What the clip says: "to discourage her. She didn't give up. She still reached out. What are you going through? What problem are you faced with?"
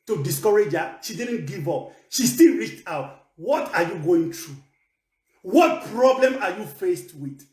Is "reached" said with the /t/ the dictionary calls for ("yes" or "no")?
yes